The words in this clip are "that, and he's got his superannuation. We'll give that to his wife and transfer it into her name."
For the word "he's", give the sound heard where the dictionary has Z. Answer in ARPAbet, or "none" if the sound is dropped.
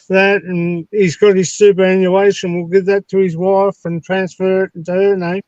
Z